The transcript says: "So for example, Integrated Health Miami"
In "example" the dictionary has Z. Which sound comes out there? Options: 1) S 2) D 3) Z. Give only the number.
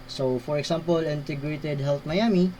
1